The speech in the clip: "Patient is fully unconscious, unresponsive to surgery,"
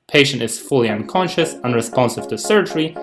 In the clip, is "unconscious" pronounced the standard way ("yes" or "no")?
yes